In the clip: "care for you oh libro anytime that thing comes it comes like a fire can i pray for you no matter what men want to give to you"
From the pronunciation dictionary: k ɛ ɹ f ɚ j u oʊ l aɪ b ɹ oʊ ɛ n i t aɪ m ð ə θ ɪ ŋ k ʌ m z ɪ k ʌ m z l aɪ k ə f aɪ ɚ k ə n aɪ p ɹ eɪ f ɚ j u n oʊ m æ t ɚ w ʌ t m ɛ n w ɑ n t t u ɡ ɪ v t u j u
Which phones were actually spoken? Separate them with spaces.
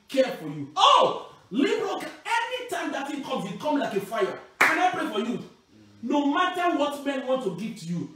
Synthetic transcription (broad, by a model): k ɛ f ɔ j u oʊ l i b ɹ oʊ ɛ n i t aɪ m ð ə t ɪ k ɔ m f ɪ k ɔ m l aɪ k ə f aɪ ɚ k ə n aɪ p ɹ eɪ f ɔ j u n oʊ m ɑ t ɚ w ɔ t m ɛ n w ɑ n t t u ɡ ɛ t u j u